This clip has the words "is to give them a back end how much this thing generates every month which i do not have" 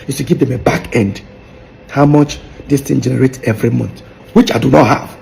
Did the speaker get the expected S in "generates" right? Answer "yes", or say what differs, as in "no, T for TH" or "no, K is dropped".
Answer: no, S is dropped